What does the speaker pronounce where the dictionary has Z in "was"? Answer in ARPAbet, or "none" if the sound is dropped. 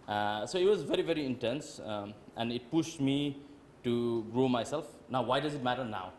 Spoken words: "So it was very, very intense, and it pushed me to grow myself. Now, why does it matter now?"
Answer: Z